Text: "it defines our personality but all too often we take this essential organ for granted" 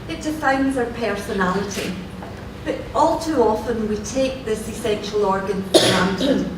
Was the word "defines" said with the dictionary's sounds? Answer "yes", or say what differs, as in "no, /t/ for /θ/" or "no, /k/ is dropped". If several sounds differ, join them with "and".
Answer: yes